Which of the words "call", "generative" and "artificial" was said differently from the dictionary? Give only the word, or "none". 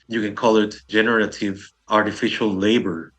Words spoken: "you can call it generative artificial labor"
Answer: none